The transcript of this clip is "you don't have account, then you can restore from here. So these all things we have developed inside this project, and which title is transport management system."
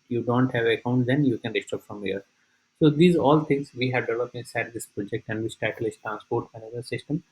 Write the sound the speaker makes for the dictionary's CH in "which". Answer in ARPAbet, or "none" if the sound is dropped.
S